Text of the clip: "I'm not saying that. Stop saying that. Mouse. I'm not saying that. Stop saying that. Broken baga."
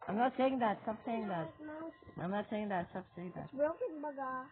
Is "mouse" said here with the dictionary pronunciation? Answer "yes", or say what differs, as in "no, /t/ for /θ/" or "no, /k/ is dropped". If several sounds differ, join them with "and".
no, /s/ is dropped